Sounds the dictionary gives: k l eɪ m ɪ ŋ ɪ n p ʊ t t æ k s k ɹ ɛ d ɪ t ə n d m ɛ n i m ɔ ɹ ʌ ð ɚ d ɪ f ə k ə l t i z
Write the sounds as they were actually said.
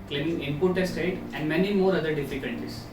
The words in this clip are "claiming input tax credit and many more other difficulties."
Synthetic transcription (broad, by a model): k l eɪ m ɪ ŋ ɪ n p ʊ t t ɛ s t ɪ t ə n d m ɛ n i m ɔ ɹ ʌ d ɚ d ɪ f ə k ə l t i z